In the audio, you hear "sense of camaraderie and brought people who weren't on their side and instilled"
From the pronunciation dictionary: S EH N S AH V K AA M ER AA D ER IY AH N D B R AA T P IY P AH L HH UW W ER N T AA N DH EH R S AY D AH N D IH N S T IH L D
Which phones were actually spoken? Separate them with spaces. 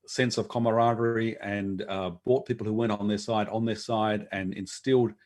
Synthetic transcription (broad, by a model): S EH N S AH V K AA M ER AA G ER IY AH N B AA T P IY P L HH UW W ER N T AA N DH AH R S AY D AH N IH N S T IH L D